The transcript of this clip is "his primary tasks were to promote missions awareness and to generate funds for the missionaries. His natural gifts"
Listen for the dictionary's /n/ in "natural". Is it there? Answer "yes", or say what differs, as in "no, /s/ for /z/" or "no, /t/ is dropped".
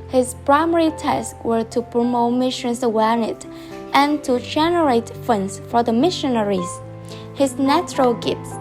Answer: yes